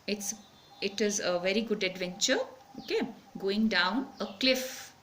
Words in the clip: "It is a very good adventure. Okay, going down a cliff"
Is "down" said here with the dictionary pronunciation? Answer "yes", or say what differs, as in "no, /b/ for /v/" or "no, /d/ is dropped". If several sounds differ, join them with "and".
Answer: yes